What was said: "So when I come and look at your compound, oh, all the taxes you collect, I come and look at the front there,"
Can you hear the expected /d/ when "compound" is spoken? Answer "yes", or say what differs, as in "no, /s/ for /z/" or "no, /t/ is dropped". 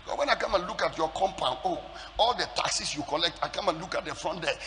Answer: no, /d/ is dropped